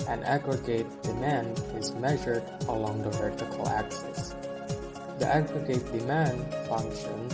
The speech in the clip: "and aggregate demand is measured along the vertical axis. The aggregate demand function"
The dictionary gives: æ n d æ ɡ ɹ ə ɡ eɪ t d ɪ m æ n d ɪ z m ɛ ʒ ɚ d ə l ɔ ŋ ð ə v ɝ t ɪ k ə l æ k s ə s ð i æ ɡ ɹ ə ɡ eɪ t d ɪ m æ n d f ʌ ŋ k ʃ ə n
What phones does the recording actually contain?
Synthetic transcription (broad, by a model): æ n æ ɡ ɹ ə ɡ eɪ t d ɪ m æ n d ɪ z m ɛ ʒ ɚ d ə l ɔ ŋ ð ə v ɝ t ɪ k ə l æ k s ə s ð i æ ɡ ɹ ə ɡ eɪ t d ɪ m æ n d f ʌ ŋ k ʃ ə n